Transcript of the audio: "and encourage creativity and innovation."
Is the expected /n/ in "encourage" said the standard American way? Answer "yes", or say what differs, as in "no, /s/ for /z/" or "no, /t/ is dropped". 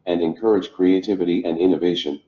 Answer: yes